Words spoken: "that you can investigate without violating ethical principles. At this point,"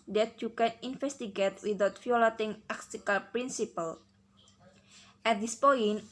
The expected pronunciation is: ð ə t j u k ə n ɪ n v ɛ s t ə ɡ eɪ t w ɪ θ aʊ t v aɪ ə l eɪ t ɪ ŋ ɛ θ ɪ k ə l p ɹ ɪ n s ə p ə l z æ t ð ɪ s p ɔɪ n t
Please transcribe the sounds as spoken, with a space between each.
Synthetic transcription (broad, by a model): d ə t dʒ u k ə n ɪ n f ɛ s t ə ɡ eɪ t w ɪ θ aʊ t f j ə l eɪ t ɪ ŋ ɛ s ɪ k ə l p ɹ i n s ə p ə l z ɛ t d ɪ s p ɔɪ n